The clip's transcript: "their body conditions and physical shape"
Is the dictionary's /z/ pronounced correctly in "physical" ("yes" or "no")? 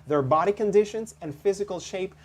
yes